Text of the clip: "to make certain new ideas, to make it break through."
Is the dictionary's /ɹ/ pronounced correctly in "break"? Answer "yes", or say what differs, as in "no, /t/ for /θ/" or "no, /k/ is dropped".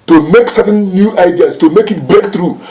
no, /ɹ/ is dropped